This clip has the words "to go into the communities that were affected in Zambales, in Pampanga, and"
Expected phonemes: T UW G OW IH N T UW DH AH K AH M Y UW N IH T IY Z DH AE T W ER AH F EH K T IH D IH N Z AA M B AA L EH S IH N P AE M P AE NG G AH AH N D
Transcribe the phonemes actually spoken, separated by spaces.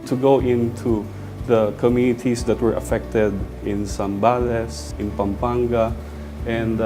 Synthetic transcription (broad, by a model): T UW G OW IH N T UW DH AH K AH M Y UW N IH T IY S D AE T W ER AH F EH K T IH D IH N S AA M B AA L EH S IH N P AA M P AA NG G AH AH N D